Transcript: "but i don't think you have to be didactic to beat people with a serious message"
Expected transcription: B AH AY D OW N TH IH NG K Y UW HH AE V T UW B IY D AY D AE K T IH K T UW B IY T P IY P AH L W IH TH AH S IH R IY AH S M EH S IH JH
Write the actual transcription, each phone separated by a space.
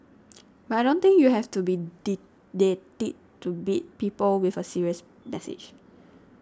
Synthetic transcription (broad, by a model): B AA AY D OW N T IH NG K Y UW HH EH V T UW B IY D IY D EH T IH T T UW B IY T P IY P AH L W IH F AH S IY R IY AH S M EH S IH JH